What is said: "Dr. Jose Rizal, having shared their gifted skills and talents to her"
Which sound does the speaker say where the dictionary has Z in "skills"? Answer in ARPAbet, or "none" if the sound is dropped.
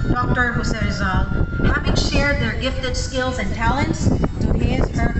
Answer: Z